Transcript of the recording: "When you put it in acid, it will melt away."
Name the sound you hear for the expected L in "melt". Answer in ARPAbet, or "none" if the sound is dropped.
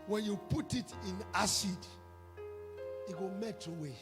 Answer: none